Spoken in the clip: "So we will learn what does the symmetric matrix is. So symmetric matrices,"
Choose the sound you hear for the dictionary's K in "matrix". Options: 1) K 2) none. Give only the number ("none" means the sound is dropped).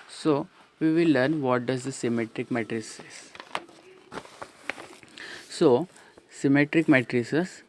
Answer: 2